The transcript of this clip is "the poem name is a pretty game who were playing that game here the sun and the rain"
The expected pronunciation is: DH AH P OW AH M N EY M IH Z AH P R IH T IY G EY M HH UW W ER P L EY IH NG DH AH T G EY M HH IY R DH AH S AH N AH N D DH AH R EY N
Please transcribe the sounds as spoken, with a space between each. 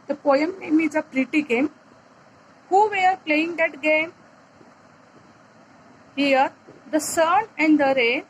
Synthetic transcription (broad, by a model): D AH P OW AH M N EY M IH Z AH P R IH T IY G EY M HH UW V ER P L EY IH NG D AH T G EY M HH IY R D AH S AH N AH N D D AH R EY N